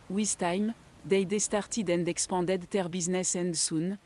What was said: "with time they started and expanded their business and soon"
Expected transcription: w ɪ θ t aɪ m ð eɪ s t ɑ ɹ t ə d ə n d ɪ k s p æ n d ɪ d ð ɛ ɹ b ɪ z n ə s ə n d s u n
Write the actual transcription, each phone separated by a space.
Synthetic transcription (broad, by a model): w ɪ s t aɪ m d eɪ s t ɑ ɹ t ə d ə n d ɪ k s p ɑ d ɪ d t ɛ ɹ b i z n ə s ə n d s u n